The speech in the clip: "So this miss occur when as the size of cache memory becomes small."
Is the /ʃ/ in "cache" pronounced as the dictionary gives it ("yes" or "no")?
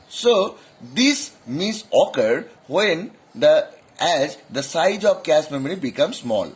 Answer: no